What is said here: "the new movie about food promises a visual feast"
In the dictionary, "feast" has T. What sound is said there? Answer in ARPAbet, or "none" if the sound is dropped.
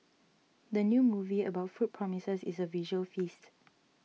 T